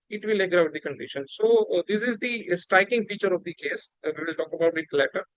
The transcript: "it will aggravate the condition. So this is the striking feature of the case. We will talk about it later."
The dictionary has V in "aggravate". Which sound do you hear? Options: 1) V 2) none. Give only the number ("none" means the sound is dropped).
2